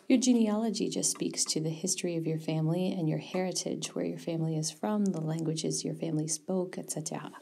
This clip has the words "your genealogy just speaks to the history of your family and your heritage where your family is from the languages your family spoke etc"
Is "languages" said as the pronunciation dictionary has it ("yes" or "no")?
yes